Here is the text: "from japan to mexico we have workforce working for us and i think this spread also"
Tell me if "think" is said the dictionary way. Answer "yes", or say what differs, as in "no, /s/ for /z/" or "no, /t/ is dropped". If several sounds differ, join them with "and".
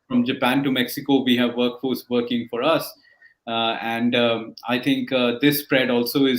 no, /t/ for /θ/